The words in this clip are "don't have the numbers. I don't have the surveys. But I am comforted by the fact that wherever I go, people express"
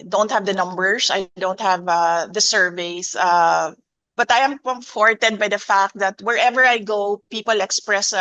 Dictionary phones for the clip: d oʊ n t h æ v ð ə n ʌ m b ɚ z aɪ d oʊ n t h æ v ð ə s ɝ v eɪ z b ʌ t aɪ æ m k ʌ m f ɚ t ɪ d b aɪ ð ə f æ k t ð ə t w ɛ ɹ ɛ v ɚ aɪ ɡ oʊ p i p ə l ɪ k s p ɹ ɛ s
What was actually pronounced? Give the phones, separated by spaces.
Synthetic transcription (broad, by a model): d oʊ n t h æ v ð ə n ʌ m b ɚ s aɪ d oʊ n t h æ v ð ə s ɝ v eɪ s b ʌ t aɪ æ m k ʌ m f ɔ t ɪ d b aɪ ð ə f æ k t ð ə t w ɛ ɹ ɛ v ɚ aɪ ɡ oʊ p i p ə l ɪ k s p ɹ ɛ s